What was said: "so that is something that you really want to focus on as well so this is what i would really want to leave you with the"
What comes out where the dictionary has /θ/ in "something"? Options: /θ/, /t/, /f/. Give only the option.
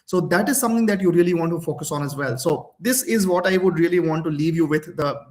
/t/